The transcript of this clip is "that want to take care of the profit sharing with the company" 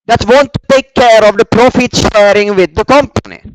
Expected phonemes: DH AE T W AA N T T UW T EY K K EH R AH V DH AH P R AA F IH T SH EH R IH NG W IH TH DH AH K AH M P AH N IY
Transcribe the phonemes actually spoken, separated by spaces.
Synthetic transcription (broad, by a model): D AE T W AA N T T UW T EY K K EH R AH V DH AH P R AA F IH T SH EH R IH NG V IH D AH K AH M P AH N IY